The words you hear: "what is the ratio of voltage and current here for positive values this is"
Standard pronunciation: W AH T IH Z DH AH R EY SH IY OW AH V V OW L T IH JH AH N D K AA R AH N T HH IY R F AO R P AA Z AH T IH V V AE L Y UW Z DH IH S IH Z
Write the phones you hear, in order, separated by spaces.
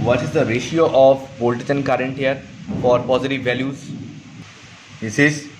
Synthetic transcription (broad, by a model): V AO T IH Z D AH R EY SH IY OW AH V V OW L T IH CH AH N K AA R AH N T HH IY R F AO R P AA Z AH T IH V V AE L Y UW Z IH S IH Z